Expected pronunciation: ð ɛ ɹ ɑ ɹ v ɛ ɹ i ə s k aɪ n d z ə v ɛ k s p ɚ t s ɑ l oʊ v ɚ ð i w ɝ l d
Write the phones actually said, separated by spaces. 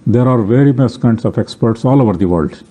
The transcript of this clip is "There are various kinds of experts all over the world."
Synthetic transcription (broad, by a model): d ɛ ɹ ɑ ɹ v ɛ ɹ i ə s k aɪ n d s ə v ɛ k s p ɚ t s ɑ l oʊ v ɚ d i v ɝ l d